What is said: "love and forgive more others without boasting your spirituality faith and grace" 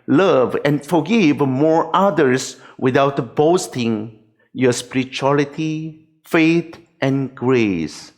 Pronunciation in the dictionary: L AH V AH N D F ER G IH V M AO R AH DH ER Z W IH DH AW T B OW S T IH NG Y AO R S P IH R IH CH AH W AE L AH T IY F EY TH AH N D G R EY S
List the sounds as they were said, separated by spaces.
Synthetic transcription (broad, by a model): L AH V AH N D F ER G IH V M AO R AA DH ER S W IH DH AW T B OW S T IH NG Y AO S P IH R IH CH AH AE L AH T IY F EY T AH N G R EY S